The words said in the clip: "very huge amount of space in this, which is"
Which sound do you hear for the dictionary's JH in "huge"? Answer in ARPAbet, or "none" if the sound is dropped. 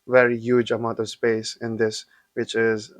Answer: JH